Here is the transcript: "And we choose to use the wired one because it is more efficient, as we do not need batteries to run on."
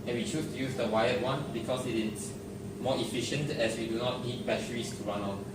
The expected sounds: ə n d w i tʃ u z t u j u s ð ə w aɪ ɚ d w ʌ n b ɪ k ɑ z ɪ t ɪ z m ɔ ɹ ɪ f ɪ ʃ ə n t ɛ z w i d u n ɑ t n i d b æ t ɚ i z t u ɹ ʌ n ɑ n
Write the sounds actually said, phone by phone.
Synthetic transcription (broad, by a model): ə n w i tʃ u s t u j u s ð ə w aɪ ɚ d w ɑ n b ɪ k ɑ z ɪ t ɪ s m ɔ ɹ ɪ f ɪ ʃ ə n t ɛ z w i d u n ɑ t n i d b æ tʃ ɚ i s t u ɹ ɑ n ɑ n